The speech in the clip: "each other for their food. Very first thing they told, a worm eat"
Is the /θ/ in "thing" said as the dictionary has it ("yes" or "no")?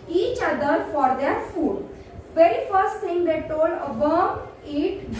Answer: no